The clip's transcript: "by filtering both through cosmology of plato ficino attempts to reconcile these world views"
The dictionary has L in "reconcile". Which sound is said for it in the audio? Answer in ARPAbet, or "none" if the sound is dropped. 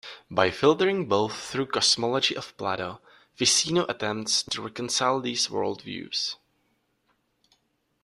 L